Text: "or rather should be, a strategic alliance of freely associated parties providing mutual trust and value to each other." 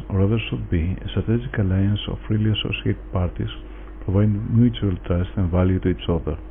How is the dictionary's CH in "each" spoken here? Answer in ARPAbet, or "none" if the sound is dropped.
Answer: S